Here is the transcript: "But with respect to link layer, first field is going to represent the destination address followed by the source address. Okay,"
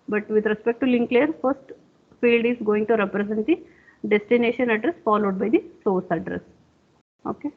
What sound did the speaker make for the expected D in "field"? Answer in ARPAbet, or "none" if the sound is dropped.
D